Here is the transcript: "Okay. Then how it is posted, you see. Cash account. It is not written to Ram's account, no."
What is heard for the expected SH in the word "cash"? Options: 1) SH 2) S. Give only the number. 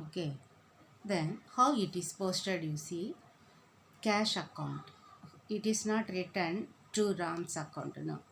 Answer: 1